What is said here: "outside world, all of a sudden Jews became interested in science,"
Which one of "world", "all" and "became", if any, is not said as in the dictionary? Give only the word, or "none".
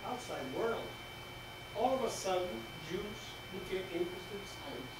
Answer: became